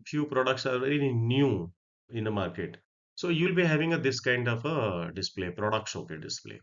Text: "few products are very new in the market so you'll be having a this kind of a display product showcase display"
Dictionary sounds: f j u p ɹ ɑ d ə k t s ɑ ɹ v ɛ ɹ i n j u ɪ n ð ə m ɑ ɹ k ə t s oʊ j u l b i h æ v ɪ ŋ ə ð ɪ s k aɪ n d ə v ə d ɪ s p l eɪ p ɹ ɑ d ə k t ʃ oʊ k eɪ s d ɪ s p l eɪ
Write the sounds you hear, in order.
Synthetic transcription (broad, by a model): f j u p ɹ ɑ d ə k t s ɑ ɹ v ɛ ɹ i n j u ɪ n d ə m ɑ ɹ k ə t s oʊ j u l b i h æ v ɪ ŋ ə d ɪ s k aɪ n d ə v ə d ɪ s p l eɪ p ɹ ɑ d ə k t s oʊ k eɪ d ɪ s p l eɪ